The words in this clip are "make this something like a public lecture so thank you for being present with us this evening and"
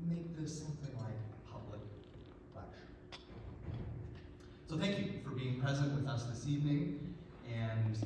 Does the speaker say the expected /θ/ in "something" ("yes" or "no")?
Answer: yes